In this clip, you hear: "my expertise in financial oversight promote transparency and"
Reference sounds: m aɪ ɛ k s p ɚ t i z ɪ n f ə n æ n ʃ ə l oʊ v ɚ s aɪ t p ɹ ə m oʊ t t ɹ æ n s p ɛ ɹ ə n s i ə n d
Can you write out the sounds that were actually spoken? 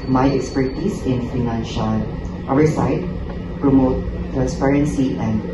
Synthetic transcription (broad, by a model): m aɪ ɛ k s p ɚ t i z ɪ n f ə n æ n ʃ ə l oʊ w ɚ s aɪ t p ɹ ə m oʊ t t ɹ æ n s p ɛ ɹ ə n s i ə n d